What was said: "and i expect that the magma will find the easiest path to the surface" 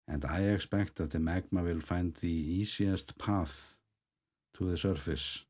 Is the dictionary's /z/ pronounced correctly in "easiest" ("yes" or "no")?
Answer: no